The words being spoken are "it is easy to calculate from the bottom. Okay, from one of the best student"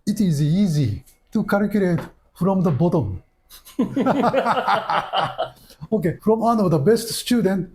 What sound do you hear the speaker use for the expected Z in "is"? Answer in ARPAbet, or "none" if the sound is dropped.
Z